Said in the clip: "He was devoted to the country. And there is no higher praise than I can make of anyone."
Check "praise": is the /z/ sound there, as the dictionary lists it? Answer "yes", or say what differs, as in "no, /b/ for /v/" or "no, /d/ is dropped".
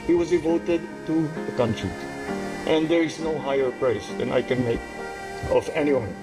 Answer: no, /s/ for /z/